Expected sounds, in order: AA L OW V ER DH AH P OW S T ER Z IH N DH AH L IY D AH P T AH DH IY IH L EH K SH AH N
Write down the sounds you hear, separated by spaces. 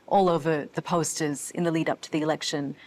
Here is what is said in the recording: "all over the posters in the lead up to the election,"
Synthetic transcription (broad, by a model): AA L OW V ER DH AH P OW S T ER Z IH N DH AH L IY D AH P T AH DH IY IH L EH K SH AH N